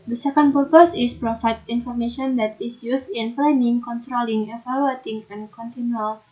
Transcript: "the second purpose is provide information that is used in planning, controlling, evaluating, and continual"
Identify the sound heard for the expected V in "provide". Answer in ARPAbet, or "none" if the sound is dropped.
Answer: F